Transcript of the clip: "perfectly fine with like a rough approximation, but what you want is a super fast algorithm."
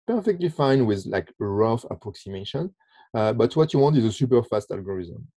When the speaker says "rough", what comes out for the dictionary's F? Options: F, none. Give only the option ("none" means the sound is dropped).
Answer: F